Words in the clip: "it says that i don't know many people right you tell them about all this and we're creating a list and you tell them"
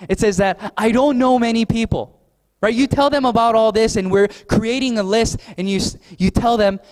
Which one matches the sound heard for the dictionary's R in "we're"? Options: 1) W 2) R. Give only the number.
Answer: 2